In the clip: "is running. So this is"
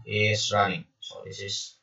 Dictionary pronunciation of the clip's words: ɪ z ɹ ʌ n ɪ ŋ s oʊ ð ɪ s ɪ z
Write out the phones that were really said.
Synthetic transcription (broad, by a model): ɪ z ɹ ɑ ɪ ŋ s oʊ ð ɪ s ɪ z